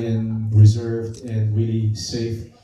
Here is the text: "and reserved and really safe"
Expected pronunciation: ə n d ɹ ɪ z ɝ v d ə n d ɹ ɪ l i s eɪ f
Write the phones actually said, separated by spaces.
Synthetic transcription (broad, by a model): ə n ɹ ɪ z ɝ v d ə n ɹ ɪ l i s eɪ f